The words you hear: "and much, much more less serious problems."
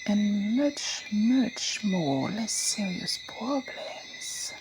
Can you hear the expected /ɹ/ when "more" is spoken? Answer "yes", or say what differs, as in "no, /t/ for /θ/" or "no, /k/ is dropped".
yes